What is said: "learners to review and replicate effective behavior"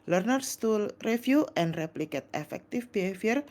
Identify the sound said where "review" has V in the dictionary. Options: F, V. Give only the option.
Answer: F